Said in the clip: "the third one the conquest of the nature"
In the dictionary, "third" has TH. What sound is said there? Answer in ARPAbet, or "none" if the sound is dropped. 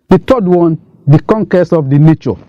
T